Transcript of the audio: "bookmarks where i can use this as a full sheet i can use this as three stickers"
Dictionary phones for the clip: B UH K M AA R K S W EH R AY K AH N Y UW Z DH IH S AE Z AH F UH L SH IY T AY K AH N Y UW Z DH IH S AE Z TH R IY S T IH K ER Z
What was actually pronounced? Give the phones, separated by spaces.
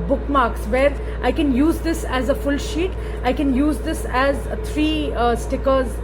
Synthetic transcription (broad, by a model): B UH K M AA R K S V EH R AY K AH N Y UW Z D IH S AE Z AH F UH L SH IY T AY K AH N Y UW Z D IH S AE Z T R IY S T IH K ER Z